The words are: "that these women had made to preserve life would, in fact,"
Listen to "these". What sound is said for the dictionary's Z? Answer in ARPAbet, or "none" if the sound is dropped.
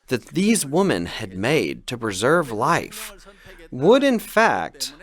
Z